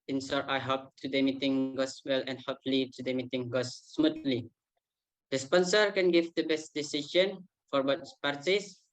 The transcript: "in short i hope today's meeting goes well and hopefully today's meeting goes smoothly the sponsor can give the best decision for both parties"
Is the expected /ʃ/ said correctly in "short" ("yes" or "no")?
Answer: no